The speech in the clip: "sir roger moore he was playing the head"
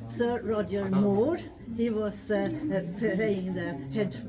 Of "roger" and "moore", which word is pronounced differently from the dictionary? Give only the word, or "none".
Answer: none